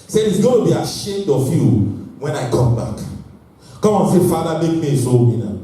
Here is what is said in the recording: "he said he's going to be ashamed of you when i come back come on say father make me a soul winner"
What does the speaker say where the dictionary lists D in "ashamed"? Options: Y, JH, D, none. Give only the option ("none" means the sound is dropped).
D